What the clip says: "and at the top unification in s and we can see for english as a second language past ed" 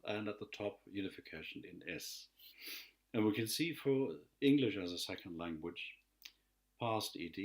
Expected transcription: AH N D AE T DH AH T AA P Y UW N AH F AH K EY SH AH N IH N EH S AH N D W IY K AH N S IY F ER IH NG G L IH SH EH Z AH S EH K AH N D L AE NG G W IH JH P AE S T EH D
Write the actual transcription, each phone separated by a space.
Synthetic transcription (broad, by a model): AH N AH T DH AH T AA P Y UW N AH F AH K EY SH AH N IH N EH S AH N W IY K AH N S IY F ER IH NG G L IH SH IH Z AH S EH K AH N D L AE NG G W IH JH P AE S T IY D